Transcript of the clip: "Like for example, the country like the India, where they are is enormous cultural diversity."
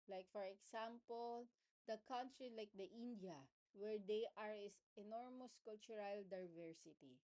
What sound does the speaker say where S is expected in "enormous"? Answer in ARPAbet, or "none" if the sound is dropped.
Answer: S